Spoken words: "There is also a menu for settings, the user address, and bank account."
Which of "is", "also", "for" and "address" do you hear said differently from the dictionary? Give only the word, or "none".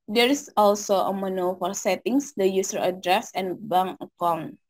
is